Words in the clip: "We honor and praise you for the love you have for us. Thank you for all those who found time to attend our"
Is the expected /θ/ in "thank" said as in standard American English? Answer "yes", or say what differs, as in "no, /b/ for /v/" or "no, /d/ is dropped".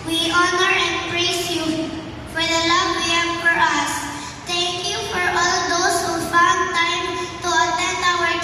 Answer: no, /t/ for /θ/